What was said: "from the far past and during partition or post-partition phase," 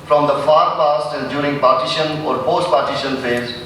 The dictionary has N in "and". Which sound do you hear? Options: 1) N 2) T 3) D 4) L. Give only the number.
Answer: 4